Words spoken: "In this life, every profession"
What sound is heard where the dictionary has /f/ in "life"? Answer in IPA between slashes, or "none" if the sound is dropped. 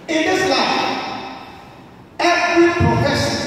none